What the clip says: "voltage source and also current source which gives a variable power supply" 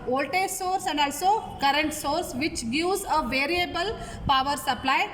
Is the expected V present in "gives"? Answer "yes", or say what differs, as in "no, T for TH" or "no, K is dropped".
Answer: no, V is dropped